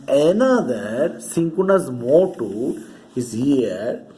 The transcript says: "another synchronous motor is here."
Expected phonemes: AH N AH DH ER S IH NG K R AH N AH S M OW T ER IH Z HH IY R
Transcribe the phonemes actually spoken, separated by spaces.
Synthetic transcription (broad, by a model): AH N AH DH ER S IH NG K AH N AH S M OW T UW IH Z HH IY R